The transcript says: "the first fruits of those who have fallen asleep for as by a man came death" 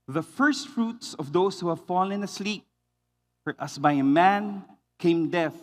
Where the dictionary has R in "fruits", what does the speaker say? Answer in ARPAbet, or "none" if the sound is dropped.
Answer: R